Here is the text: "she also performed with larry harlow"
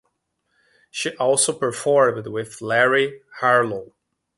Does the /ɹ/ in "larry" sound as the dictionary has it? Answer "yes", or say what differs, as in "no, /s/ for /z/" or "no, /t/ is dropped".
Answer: yes